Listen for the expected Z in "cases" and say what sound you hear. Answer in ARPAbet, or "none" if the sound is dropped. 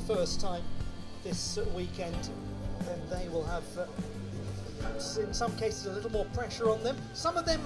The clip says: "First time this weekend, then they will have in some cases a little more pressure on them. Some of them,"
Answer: Z